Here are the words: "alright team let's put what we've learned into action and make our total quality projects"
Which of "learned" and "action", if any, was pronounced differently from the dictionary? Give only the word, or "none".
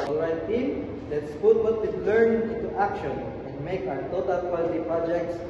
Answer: learned